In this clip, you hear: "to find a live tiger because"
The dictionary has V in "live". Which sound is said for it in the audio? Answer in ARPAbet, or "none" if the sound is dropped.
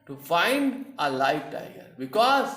F